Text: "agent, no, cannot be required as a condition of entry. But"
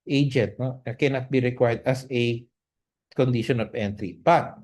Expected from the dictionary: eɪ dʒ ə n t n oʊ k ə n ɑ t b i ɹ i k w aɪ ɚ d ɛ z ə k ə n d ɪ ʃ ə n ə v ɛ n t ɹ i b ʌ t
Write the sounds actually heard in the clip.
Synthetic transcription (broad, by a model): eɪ dʒ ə n t n oʊ k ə n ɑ t b i ɹ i k w aɪ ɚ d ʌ s ə k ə n d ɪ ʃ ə n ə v ɛ n t ɹ i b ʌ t